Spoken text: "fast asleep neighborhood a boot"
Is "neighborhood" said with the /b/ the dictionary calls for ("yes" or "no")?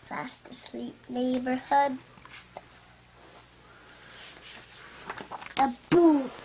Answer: yes